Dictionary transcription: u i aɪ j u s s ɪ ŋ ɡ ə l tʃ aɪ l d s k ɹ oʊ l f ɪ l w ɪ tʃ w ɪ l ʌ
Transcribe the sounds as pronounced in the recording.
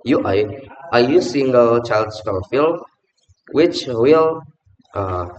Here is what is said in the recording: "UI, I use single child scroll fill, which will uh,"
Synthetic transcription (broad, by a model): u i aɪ j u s s ɪ ŋ ɡ ə l tʃ aɪ l d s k oʊ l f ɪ l w ɪ tʃ w ɪ l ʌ